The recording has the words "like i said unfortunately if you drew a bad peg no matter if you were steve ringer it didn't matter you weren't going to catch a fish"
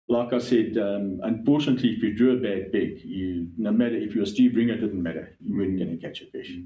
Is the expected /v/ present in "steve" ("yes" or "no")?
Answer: no